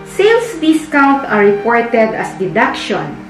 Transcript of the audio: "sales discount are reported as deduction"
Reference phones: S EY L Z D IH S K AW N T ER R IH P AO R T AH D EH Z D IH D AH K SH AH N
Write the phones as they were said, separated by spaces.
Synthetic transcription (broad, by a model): S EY L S D IH S K AW N T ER R IH P AO R T AH D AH S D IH D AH K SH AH N